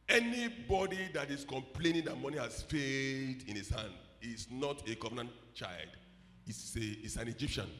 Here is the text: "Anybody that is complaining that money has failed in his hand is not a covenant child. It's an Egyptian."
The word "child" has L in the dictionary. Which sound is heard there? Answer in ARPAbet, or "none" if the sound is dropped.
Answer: L